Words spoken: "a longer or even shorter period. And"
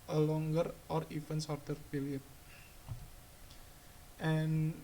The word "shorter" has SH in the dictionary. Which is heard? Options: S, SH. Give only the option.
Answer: S